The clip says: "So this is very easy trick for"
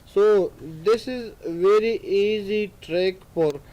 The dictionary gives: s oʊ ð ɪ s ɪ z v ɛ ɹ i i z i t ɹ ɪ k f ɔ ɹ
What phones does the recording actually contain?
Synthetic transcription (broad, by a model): s oʊ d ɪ s ɪ z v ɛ ɹ i i z i t ɹ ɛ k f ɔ ɹ